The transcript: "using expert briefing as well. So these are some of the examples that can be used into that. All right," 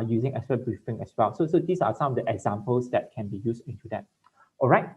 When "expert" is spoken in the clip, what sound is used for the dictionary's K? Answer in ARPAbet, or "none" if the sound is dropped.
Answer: none